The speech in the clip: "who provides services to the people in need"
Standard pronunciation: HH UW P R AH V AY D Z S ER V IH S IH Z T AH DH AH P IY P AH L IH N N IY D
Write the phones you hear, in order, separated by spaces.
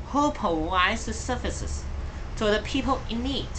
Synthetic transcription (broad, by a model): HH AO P AH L AY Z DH S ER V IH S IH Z T AH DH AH P IY P AH L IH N N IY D